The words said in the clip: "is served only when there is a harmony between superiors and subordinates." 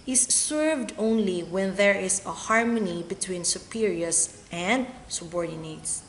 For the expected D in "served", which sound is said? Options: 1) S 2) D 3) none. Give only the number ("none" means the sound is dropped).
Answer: 2